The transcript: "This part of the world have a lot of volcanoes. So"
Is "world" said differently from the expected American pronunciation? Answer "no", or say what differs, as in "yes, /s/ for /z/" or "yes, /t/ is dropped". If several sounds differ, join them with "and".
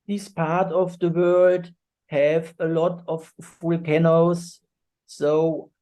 no